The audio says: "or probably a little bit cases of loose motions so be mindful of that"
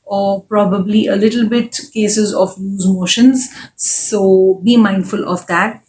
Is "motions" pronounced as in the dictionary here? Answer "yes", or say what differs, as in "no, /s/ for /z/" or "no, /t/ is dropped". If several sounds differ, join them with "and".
yes